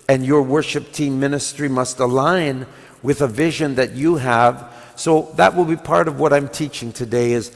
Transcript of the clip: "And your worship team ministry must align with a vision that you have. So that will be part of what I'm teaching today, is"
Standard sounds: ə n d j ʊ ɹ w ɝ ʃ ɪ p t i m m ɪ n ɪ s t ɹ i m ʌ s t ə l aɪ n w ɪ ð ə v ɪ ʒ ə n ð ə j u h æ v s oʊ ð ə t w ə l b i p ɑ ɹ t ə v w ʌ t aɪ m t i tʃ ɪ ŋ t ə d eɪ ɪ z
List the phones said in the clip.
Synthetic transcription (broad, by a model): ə n j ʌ ɹ w ɝ ʃ ɪ p t i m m ɪ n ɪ s t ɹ i m ʌ s t ə l aɪ n w ɪ ð ə v ɪ ʒ ə n ð ə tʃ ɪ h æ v s oʊ ð ə t w ə l b i p ɑ ɹ t ə v w ʌ t aɪ m t i tʃ ɪ ŋ t ə d eɪ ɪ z